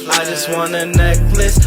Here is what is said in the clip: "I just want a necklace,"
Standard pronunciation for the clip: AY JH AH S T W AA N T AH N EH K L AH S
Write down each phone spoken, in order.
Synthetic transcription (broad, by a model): AY JH AH S T W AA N AH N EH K L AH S